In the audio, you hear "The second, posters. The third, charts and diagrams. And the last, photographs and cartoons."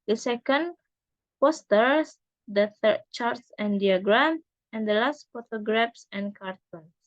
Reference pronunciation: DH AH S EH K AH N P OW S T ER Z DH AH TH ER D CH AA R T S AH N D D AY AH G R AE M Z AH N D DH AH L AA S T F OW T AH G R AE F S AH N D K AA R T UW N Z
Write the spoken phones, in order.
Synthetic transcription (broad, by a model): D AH S EH K AH N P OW S T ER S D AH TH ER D CH AA R T S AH N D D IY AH G R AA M AH N D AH L AA S T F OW T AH G R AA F S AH N K AA R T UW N